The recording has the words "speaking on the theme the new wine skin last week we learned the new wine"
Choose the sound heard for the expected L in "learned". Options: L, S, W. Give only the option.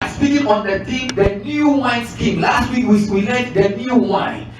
W